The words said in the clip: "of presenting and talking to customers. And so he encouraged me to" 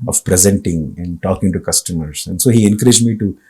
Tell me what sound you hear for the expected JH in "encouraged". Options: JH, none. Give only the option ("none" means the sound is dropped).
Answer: JH